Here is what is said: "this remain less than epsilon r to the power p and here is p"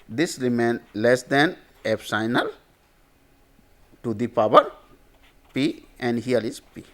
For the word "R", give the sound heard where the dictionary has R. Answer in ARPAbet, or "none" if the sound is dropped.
L